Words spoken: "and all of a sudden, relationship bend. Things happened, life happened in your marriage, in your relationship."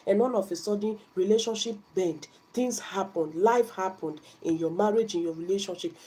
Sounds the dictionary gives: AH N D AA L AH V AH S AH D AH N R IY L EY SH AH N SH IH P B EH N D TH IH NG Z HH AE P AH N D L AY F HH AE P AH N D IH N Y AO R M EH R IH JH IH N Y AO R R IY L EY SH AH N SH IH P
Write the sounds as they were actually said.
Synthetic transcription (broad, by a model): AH N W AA N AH F AH S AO D N R IY L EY SH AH N SH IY P B EH N D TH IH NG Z HH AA P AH N D L AY F HH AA P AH N D IH N Y AO M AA R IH JH IH N Y AO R R IY L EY SH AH N SH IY P